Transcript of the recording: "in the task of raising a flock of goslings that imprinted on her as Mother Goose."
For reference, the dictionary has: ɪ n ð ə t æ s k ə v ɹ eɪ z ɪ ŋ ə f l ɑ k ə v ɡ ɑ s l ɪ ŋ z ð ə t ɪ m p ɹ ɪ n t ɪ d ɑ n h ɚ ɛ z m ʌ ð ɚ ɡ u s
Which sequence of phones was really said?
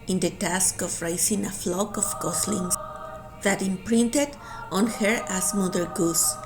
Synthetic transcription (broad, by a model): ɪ n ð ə t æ s k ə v ɹ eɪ s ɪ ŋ ə f l ɑ k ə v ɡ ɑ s l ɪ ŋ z ð ə t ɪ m p ɹ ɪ n t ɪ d ɑ n h ɚ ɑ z m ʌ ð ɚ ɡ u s